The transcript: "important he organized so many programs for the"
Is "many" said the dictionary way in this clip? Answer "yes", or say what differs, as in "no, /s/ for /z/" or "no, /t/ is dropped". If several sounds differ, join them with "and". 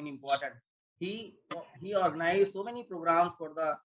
yes